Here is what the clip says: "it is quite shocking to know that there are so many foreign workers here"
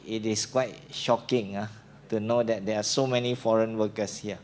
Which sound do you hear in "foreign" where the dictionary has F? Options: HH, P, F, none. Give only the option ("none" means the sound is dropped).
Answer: F